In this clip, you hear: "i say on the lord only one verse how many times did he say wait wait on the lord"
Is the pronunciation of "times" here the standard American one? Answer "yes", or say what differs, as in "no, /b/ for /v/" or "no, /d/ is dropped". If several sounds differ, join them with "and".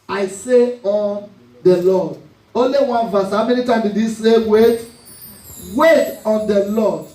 no, /z/ is dropped